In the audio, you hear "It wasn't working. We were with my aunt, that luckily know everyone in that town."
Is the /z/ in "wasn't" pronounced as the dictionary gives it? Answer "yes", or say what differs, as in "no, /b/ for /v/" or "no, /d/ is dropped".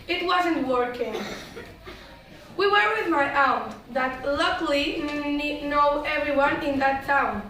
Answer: yes